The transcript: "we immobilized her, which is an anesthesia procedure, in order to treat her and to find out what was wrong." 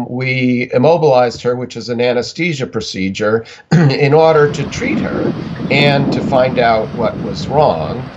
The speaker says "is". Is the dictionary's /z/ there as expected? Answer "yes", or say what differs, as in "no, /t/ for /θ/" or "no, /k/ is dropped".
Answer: yes